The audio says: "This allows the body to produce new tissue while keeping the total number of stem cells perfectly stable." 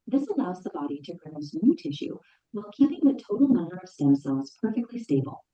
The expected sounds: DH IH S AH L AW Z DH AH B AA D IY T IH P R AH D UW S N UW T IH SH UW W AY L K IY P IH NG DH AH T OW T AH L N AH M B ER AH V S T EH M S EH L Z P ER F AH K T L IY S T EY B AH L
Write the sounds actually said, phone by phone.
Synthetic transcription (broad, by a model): DH IH S AH L AW Z DH AH B AA D IY T IH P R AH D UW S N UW T IH SH UW W AY L K IY P IH NG DH AH T OW T L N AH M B ER AH V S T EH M S EH L Z P ER F AH K T L IY S T EY B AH L